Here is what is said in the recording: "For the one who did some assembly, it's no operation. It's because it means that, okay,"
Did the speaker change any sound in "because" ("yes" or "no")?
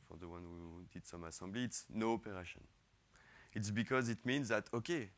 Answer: no